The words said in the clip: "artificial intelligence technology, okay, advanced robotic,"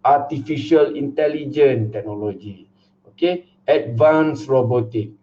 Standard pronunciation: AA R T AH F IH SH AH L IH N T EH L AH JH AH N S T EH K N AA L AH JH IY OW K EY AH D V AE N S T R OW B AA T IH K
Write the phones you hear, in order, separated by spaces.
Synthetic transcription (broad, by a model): AA T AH F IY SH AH L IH N T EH L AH JH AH N T EH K N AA L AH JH IY OW K EY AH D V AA N S R OW B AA T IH K